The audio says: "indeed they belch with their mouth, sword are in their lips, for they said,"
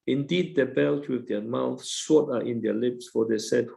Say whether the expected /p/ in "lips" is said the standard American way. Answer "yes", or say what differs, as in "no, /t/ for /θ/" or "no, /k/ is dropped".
yes